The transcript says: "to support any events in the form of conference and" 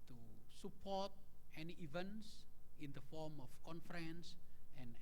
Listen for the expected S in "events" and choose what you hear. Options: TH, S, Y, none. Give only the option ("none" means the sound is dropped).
S